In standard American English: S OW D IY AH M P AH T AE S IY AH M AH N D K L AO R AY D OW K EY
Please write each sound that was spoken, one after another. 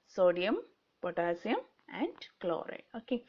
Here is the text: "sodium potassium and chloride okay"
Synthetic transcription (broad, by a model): S OW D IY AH M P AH T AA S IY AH M AH N D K L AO R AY OW K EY